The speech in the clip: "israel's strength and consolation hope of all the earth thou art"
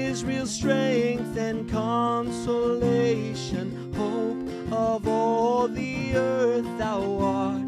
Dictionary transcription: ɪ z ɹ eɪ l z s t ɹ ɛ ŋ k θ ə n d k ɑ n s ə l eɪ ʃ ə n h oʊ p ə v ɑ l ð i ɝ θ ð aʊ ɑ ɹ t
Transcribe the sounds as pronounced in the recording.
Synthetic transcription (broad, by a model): ɪ z ɹ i l s t ɹ ɛ ŋ k θ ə n k ɑ n s ə l eɪ ʃ ə n h oʊ p ə v ɑ l ð i ɝ θ ð aʊ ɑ ɹ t